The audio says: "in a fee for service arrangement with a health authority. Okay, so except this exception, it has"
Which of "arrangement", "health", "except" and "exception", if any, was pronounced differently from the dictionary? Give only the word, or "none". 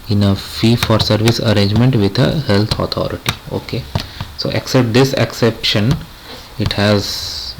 health